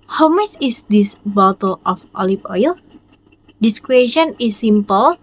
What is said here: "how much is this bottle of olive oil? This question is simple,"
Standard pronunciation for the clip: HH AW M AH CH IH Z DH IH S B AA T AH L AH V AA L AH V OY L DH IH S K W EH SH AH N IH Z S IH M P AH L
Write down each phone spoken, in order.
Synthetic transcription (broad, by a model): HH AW M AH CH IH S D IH S B AA T AH L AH F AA L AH P OY L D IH S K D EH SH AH N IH S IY M P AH L